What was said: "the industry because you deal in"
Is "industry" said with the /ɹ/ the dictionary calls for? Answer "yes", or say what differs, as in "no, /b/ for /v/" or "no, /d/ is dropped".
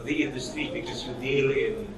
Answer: no, /ɹ/ is dropped